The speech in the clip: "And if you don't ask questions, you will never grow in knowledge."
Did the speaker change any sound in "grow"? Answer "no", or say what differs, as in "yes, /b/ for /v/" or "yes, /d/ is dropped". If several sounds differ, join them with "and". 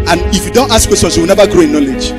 no